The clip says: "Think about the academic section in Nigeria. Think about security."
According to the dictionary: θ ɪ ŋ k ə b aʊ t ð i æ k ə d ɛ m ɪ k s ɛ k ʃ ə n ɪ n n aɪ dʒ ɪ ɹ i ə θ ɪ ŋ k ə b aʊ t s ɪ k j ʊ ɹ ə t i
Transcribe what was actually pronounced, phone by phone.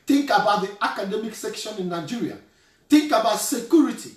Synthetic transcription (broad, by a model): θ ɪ ŋ k ə b aʊ t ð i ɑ k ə d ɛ m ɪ k s ɛ k ʃ ə n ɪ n n aɪ dʒ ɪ ɹ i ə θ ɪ ŋ k ə b aʊ t s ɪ k j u ɹ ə t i